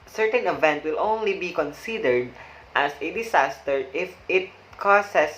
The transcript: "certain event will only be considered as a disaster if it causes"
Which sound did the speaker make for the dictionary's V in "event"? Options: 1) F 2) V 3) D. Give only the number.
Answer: 2